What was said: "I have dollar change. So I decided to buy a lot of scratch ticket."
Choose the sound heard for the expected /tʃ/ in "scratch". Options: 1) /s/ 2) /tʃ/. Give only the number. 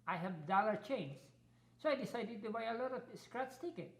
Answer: 1